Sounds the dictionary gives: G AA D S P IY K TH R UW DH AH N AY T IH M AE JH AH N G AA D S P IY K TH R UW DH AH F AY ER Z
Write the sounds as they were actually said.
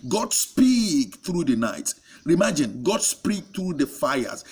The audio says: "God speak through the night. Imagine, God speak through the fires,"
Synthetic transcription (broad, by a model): G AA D S P IY K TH R UW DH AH N AY T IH M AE JH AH N G AA D S P IY K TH R UW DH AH F AY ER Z